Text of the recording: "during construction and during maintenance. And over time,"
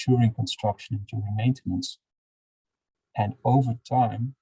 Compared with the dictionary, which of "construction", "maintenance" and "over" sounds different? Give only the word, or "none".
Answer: none